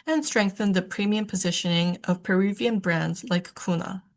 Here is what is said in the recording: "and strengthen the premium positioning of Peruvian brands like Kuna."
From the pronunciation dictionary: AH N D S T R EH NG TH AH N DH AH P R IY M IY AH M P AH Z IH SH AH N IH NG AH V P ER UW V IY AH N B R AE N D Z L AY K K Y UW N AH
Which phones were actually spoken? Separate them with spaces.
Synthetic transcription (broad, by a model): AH N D S T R EH NG TH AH N DH AH P R IY M IY AH M P AH Z IH SH AH N IH NG AH V P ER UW V IY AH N B R AE N D Z L AY K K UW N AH